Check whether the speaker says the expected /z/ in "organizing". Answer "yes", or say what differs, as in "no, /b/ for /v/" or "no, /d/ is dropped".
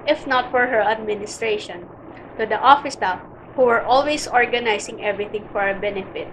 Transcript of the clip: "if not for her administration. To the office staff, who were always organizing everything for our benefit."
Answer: no, /s/ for /z/